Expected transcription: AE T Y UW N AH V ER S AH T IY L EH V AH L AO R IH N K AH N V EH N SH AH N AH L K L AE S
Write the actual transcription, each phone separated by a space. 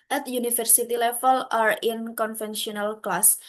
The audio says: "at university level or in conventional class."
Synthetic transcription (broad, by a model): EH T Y UW N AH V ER S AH T IY L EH F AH L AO R IH N K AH N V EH N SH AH N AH L K L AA S